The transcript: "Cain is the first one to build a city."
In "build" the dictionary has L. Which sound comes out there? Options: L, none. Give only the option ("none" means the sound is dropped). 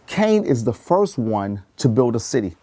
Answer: L